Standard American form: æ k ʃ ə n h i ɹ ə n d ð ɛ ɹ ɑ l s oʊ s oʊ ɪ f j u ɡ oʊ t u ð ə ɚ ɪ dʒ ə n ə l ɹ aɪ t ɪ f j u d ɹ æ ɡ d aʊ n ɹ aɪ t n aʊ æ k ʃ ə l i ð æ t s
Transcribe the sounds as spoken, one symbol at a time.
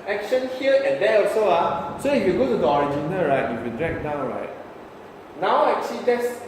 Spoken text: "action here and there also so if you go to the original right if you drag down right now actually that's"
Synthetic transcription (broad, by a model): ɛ k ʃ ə n h i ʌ ə n d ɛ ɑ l s oʊ s oʊ ɪ f j u ɡ oʊ t u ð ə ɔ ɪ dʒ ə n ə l ɹ aɪ t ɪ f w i d ɹ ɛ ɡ d aʊ n ɹ aɪ t n aʊ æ k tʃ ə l i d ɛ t s